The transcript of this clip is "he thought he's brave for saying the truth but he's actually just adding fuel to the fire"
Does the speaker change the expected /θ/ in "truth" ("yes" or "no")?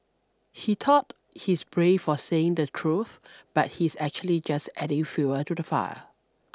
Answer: no